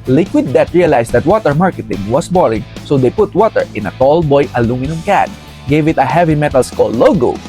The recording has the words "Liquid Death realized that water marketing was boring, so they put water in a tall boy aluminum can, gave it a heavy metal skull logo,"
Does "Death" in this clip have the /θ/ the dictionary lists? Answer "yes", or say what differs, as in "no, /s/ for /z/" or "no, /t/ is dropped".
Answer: no, /t/ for /θ/